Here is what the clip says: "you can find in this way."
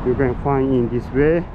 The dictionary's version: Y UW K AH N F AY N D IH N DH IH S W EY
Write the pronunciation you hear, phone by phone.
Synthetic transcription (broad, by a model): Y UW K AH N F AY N IH N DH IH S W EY